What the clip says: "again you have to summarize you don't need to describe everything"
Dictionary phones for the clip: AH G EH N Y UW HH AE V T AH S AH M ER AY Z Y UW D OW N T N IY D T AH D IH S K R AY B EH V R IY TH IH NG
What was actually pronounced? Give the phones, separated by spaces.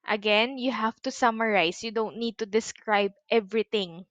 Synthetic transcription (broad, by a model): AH G EH N Y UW HH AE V T AH S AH M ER AY S Y UW D OW N T N IY D T AH D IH S K R AY B EH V R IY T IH NG